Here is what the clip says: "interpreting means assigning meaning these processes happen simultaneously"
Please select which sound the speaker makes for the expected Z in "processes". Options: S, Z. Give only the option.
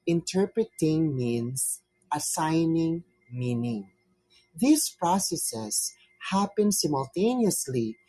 S